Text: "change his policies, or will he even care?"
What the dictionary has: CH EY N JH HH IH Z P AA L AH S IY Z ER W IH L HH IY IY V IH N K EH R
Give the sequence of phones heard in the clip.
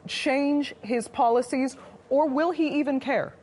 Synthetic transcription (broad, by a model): CH EY N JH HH IH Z P AA L AH S IY Z ER W IH L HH IY IY V IH N K EH R